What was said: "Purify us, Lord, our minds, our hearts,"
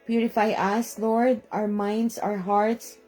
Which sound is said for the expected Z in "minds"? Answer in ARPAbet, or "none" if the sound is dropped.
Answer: S